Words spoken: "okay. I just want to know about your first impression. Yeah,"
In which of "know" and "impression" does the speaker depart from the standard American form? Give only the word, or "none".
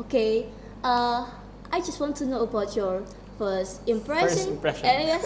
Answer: impression